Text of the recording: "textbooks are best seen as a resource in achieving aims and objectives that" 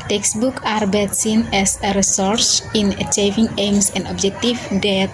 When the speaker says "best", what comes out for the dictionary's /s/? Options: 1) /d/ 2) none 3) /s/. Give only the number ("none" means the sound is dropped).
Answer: 2